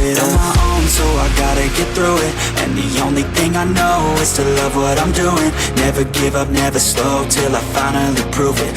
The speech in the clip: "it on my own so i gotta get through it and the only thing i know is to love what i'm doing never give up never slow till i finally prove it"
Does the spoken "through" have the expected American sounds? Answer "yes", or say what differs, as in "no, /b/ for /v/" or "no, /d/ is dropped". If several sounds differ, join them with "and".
yes